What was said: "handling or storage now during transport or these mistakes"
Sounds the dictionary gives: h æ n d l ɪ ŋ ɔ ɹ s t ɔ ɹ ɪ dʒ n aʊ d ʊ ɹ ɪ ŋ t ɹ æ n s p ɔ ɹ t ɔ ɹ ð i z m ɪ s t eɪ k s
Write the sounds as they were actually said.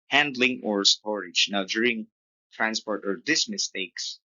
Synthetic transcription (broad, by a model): h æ n d l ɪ ŋ ɔ ɹ s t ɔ ɹ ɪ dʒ n aʊ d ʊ ɹ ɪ ŋ t ɹ æ n s p ɔ ɹ t ɔ ɹ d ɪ s m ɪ s t eɪ k s